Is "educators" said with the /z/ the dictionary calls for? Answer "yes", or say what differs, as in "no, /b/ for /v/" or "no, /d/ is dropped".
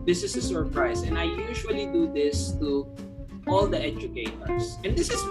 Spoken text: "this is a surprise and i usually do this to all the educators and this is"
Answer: no, /s/ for /z/